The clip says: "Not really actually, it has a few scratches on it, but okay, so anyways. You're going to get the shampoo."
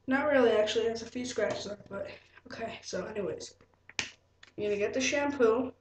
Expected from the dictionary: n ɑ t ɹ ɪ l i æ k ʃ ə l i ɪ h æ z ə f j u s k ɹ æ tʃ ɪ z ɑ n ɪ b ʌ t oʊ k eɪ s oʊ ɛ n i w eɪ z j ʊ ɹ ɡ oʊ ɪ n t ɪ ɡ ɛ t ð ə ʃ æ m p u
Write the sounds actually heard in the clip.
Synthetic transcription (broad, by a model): n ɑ t ɹ ɪ l i æ k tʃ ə l i ɪ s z ə f j u s k ɹ æ tʃ ɪ z ɪ b ʌ t oʊ k eɪ s oʊ ɛ n i w eɪ z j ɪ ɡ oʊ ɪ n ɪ ɡ ɛ t ð ə ʃ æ m p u